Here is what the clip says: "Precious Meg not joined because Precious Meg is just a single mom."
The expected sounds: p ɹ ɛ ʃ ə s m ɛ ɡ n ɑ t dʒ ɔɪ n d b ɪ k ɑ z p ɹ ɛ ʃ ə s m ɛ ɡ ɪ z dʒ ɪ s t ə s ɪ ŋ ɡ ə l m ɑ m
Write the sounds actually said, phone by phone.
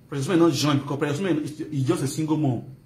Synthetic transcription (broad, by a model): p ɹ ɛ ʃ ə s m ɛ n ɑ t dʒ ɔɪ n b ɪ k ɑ p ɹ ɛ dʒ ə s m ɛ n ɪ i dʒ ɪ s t ə s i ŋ ɡ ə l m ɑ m